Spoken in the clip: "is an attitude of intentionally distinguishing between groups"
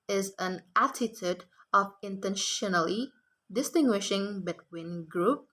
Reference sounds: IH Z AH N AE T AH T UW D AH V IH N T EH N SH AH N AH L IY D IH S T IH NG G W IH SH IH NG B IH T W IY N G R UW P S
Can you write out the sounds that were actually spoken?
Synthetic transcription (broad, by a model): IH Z AH N AE T AH T UW D AH V IH N T EH N SH AH N AH L IY D IH S T IH NG G W IH SH IH NG B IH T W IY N G R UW P